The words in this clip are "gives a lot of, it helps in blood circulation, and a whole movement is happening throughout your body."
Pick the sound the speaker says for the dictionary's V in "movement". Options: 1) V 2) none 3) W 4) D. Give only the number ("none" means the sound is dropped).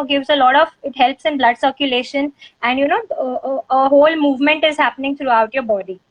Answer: 1